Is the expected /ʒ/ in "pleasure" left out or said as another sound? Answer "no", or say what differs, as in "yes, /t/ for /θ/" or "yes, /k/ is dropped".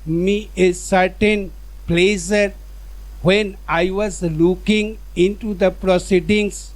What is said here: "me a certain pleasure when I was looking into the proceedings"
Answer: yes, /s/ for /ʒ/